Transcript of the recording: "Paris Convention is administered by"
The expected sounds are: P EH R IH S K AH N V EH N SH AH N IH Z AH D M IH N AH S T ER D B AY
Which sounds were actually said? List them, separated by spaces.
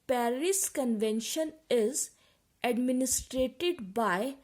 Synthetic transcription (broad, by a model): P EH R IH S K AH N V EH N SH AH N IH Z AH D M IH N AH S T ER D B AY